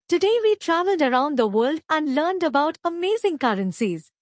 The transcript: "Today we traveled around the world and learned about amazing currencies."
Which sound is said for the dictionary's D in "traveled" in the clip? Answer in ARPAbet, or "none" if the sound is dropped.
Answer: D